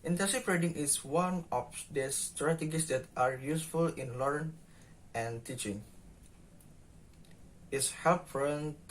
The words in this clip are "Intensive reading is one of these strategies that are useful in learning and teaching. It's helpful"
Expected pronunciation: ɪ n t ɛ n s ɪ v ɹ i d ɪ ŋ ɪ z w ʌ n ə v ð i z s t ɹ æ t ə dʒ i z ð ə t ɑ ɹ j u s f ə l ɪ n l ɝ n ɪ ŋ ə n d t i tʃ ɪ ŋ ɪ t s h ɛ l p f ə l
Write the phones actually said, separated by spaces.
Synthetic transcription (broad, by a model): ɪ n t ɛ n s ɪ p ɹ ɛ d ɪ ŋ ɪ s w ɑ n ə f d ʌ s t ɹ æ t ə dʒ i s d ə t ɑ ɹ j u s f ə l ɪ n l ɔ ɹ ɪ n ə n t i tʃ ɪ ŋ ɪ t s h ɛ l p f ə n